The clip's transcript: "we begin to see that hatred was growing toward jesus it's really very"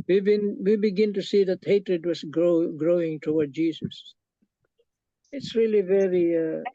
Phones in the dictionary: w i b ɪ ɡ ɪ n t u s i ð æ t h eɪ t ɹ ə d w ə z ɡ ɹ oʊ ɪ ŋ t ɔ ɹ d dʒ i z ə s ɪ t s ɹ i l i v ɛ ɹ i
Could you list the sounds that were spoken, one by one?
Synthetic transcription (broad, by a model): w i b ɪ ɡ ɪ n t u s i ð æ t h eɪ t ɹ ə d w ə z ɡ ɹ oʊ ɪ ŋ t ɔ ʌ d dʒ i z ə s ɪ t s ɹ i l i v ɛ ɹ i